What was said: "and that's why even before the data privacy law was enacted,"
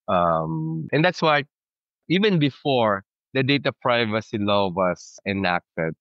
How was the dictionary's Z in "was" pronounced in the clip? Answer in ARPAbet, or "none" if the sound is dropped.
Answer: S